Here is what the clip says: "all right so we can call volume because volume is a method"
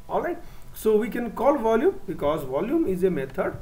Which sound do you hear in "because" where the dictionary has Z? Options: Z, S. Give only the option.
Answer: Z